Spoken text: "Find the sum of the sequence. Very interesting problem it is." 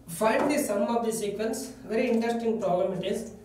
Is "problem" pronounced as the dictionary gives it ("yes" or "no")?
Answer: no